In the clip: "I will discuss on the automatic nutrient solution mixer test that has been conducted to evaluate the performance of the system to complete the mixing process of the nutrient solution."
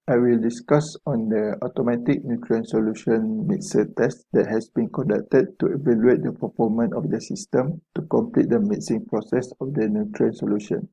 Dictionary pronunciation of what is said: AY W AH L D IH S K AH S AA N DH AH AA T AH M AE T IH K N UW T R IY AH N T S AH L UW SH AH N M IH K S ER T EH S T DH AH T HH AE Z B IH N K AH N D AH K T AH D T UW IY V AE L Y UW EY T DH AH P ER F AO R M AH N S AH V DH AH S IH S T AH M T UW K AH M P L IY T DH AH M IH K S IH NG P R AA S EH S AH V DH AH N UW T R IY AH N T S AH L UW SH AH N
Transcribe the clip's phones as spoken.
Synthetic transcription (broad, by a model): AY W AH L D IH S K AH S AA N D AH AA T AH M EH T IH K N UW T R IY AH N S AH L UW SH AH N M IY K S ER T EH S T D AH T HH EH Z B IH N K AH N D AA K T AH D T UW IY V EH L Y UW EY T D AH P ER F AO M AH N AH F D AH S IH S T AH M T UW K AH M P L IY T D AH M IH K S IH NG P R AA S EH S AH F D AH N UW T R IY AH N S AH L UW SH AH N